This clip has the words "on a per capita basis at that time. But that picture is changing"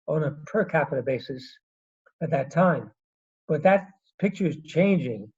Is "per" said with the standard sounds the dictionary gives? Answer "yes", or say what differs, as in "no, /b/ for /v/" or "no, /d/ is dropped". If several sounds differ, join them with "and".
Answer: yes